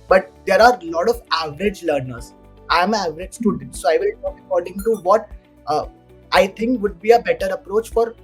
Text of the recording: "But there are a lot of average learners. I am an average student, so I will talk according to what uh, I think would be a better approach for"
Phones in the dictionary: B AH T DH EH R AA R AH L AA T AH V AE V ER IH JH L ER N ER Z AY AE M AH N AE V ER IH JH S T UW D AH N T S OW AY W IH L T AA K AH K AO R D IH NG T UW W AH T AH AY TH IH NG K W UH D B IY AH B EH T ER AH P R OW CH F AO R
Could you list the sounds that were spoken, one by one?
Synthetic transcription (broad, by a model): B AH T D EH R AA R L AA T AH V AE V ER IH JH L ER N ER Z AY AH M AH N AE V ER IH JH S T UW D AH N T S OW AY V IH L T AA K AH K AO R D IH NG T UW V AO T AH AY T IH NG K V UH D B IY AH B EH T ER AH P R OW CH F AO R